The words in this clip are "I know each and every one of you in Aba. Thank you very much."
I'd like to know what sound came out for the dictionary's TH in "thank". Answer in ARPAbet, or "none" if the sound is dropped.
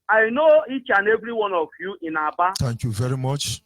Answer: T